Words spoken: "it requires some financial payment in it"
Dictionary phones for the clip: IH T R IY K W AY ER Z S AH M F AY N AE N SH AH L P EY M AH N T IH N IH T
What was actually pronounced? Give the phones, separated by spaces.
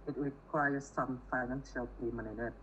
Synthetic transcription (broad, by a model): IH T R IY K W AY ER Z S AH M F AY N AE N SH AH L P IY M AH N IH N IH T